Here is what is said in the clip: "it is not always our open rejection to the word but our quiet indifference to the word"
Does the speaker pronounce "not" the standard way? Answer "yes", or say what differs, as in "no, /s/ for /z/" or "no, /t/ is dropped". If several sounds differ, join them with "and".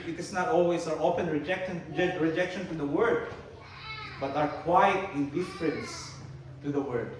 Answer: yes